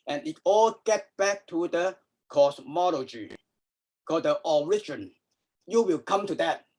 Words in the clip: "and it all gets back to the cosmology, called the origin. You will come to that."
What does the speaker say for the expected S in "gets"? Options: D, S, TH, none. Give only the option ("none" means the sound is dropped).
none